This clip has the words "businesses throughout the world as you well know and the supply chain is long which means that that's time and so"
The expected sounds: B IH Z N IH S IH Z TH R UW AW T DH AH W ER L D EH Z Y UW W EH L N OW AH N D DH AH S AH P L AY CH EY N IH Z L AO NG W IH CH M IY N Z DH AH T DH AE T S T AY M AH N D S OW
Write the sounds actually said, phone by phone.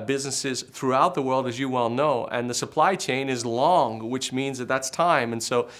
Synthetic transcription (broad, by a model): B IH Z N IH S IH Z TH R UW AW T DH AH W ER L D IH Z Y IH W EH L N OW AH N DH AH S AH P L AY CH EY N IH Z L AO NG W IH CH M IY N Z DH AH T DH AE T S T AY M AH N S OW